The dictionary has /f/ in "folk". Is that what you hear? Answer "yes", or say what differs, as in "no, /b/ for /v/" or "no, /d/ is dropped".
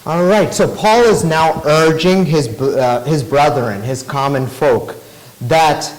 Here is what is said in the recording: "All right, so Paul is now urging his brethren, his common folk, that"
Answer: yes